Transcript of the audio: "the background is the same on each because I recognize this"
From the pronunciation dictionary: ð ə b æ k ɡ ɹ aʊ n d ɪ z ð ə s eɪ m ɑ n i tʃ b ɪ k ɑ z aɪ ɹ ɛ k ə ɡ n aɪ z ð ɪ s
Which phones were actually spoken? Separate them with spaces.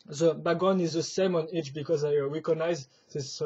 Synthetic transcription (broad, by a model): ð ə b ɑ ɡ ɔ n ɪ z ð ə s eɪ m ɑ n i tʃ b ɪ k ɑ z aɪ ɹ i k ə n aɪ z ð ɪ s